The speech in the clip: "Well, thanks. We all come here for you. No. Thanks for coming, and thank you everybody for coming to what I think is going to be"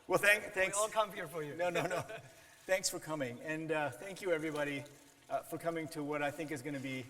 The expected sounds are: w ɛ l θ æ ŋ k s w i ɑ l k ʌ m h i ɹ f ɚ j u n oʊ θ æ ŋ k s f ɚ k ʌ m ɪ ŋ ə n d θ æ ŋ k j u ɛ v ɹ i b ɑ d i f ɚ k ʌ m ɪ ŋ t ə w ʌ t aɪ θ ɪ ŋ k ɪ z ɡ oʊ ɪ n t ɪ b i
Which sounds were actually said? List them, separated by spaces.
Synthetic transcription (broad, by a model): w ɛ l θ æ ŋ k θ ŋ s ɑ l k ʌ m h i ɹ f ɚ j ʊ n oʊ θ æ ŋ k s f ɚ k ʌ m ɪ ŋ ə n θ æ ŋ k j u ɛ v ɹ i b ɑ d i f ɚ k ʌ m ɪ ŋ t ə w ʌ t aɪ θ ɪ ŋ k ɪ z ɡ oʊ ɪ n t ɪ b i